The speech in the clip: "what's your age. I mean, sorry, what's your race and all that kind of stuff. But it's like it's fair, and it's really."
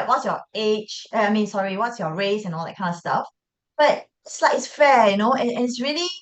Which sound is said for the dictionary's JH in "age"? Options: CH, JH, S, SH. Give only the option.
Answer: CH